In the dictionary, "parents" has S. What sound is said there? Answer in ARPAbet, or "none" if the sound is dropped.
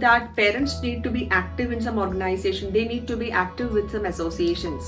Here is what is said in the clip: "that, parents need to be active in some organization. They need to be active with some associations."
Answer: S